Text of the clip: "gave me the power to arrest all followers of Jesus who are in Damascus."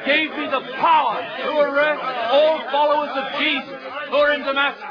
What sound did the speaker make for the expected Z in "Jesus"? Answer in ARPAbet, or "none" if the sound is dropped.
Z